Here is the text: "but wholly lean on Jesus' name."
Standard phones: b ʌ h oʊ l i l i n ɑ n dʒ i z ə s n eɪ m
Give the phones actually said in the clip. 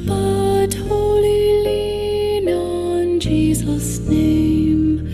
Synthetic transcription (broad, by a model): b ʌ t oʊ l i l i n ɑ n dʒ i z ə s n eɪ m